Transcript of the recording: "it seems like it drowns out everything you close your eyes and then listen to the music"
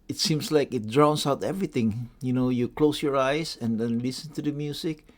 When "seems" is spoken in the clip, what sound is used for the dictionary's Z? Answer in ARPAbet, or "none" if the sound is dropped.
S